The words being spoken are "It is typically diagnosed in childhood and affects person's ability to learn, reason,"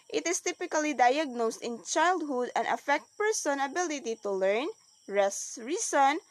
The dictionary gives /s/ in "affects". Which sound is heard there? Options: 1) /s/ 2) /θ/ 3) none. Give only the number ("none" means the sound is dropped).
3